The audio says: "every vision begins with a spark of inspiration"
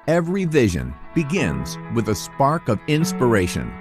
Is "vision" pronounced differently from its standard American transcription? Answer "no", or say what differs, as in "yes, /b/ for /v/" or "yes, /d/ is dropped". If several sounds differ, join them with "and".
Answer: no